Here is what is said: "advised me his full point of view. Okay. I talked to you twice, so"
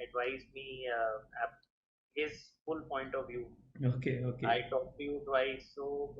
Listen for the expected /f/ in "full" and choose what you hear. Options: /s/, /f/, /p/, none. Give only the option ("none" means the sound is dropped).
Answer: /f/